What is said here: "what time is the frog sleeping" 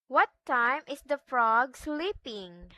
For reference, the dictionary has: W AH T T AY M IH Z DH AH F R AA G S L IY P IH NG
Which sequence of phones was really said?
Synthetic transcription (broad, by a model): W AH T T AY M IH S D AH F R AA G S L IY P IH NG